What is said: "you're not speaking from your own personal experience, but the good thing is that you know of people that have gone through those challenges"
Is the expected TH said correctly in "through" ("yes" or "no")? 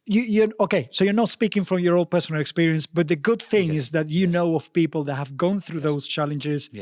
yes